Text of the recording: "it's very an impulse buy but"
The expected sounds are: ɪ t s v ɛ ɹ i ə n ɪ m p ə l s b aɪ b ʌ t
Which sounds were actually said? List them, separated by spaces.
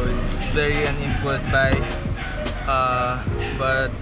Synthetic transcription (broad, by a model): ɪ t s v ɛ ɹ i ə n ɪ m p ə s b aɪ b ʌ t